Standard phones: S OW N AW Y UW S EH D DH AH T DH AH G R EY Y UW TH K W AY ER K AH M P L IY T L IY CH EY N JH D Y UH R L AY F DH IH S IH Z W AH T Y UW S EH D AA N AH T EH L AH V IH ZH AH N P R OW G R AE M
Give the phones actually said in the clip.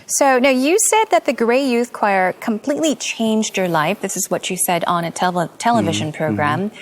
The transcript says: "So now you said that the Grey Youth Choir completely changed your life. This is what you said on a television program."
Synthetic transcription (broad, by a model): S OW N AW Y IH S EH D DH AH T DH AH G R EY Y UW TH K W AY ER K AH M P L IY T L IY CH EY N JH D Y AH R L AY F DH IH S IH Z W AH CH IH S EH D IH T AH T EH L AH V IH ZH AH N P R OW G R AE M